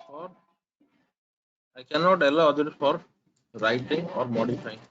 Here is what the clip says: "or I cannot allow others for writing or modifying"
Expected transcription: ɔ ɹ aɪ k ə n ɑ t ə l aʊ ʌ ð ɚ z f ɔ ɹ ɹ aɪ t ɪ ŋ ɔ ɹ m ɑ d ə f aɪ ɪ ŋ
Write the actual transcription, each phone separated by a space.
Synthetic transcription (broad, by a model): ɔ ɹ aɪ k ə n ɑ t ə l aʊ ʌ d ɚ f ɔ ɹ ɹ aɪ t ɪ ŋ ɔ ɹ m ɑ d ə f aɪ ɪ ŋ